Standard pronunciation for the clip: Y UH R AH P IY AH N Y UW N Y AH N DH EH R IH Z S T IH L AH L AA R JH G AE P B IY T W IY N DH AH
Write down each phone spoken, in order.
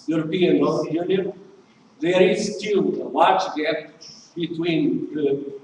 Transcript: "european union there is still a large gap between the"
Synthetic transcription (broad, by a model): Y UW R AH P IY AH N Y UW N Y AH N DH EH R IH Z S T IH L AH W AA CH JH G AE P B IY T W IY N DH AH